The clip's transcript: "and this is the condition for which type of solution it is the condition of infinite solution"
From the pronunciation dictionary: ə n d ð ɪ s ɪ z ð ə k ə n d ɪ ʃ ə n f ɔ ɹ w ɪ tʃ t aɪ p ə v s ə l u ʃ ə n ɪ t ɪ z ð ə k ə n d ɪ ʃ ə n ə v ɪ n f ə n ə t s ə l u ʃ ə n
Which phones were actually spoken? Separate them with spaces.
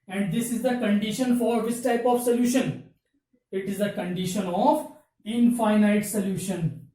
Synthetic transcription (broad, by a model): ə n d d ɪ s ɪ z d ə k ə n d ɪ ʃ ə n f ɔ ɹ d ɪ s t aɪ p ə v s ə l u ʃ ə n ɪ t ɪ z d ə k ə n d ɪ ʃ ə n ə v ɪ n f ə n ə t s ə l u ʃ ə n